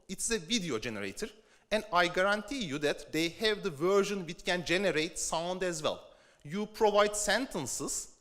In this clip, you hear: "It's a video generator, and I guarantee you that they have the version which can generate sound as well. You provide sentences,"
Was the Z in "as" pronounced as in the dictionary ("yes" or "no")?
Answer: yes